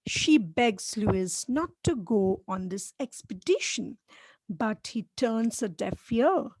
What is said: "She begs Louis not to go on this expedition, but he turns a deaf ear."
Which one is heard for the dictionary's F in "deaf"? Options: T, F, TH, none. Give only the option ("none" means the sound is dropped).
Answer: F